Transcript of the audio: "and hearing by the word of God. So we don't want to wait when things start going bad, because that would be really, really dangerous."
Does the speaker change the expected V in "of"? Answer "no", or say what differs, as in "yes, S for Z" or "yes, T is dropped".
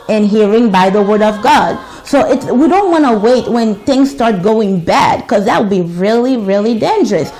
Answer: no